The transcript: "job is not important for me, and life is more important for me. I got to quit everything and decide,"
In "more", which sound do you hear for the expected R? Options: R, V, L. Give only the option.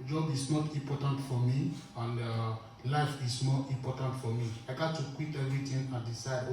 L